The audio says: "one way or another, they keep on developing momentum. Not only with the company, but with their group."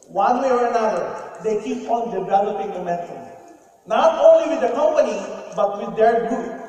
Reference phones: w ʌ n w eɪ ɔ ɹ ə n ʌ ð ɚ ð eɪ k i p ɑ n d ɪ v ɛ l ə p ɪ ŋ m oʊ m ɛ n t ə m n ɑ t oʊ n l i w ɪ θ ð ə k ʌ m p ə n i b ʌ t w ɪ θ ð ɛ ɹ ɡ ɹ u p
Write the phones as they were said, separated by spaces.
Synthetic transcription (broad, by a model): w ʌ n w eɪ ɔ ɹ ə n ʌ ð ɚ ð eɪ k i p ɑ n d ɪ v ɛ l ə p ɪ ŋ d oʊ m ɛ t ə n ɑ t oʊ n l i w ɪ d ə k ʌ m p ə n i b ʌ t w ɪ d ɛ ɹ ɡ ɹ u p